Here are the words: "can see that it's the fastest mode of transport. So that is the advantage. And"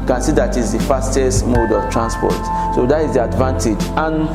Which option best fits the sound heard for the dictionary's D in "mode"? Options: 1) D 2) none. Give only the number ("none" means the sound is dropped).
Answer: 1